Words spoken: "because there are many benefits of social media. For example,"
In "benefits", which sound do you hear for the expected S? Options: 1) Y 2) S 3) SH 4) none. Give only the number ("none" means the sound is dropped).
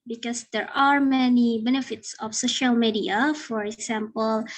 2